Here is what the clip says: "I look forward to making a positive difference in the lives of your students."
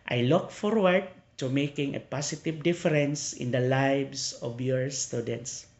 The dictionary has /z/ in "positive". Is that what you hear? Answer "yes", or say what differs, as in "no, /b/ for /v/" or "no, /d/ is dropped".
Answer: no, /s/ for /z/